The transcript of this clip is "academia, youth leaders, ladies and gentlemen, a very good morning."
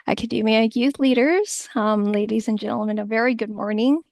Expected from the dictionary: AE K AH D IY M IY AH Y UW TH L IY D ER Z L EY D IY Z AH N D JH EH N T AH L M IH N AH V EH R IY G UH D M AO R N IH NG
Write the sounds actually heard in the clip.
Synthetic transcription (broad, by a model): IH K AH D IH M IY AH Y UW TH L IY D ER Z L EY D IY Z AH N JH EH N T L M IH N AH V EH R IY G UH D M AO R N IH NG